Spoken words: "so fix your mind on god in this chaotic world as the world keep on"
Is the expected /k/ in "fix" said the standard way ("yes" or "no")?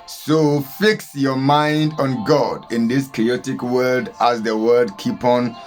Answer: yes